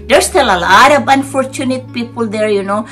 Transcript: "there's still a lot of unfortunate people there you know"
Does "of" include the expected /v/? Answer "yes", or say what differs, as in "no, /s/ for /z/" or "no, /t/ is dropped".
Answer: no, /b/ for /v/